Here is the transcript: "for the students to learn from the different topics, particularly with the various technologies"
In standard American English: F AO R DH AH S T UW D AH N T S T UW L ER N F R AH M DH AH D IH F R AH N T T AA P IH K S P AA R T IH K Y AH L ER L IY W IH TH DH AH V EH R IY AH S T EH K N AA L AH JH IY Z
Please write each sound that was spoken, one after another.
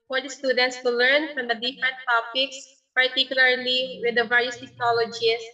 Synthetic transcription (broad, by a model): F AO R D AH S T UW D AH N T S T UW L ER N F R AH M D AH D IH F R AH N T T AA P IH K S P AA R T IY K Y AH L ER L IY W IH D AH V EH R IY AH S T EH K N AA L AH JH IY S